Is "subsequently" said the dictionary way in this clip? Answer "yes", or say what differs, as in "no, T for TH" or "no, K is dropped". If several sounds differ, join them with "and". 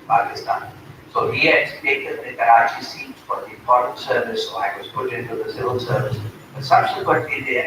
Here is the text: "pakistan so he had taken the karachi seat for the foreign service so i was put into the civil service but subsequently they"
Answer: no, N is dropped and L is dropped